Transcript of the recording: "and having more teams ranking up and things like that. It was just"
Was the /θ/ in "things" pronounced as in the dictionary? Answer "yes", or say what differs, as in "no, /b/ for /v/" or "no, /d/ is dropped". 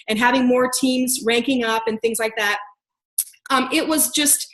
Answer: yes